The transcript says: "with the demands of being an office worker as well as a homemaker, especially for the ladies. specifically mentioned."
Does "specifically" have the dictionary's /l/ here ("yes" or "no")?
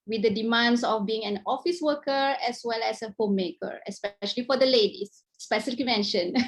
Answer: no